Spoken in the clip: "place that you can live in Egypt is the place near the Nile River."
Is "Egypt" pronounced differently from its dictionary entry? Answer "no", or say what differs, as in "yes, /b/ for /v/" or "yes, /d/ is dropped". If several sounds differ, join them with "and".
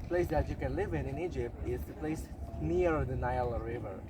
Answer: no